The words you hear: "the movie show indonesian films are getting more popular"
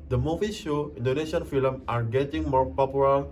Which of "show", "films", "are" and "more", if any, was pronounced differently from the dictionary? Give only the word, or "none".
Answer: films